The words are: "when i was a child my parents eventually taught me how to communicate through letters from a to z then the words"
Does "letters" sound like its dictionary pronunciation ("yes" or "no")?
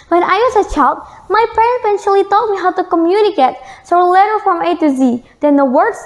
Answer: no